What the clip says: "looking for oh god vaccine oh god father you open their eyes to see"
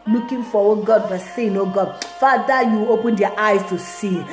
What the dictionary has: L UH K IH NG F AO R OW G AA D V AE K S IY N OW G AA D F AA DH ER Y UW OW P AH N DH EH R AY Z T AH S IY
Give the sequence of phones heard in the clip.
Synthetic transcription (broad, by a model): L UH K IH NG F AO W OW G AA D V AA S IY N OW G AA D F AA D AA Y UW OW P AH N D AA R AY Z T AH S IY